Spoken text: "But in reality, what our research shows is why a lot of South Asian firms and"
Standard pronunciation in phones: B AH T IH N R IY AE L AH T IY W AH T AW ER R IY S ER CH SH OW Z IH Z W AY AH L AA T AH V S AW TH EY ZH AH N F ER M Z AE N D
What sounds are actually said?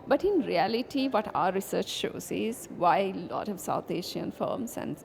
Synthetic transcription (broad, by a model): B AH T IH N R IY AE L AH T IY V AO T AW ER R IY S ER CH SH OW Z IH Z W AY AH L AA T AH V S AW T EY SH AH N F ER M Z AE N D